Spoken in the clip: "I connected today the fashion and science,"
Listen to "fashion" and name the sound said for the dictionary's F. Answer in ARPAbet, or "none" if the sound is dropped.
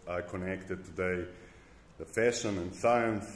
F